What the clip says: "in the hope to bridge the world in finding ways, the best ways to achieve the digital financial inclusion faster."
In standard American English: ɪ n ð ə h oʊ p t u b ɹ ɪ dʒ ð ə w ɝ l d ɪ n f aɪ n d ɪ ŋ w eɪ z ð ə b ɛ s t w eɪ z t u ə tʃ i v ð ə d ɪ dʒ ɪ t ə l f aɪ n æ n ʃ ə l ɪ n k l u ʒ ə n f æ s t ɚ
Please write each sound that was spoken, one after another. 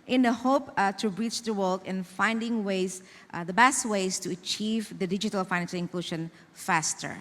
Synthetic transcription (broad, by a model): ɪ n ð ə h oʊ p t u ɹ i tʃ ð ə w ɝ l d ɪ n f aɪ n d ɪ ŋ w eɪ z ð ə b ɛ s t w eɪ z t u ə tʃ i v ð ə d ɪ dʒ ɪ t ə l f aɪ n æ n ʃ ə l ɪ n k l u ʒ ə n f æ s t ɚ